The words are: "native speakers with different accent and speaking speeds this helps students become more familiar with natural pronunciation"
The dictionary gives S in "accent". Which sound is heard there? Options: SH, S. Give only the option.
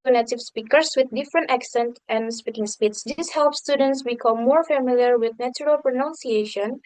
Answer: S